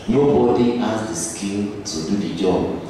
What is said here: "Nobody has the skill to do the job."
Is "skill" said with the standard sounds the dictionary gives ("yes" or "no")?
no